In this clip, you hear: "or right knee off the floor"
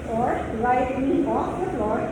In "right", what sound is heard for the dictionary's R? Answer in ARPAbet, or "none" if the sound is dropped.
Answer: L